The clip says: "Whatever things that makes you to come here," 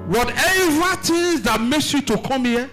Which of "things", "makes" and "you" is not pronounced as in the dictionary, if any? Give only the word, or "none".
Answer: things